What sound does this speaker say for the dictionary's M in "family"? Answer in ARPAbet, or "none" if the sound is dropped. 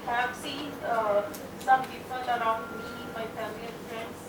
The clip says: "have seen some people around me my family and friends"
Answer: none